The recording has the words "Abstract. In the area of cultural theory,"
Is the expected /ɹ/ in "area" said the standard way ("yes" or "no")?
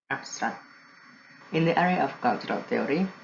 yes